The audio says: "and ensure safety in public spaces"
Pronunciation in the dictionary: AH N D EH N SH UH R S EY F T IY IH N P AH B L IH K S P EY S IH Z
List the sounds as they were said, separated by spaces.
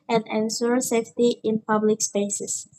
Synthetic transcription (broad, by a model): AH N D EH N S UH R S EY F T IY IH N P AH B L IH K S P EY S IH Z